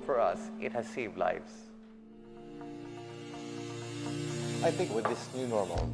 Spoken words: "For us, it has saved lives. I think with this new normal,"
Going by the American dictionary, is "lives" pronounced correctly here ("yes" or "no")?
no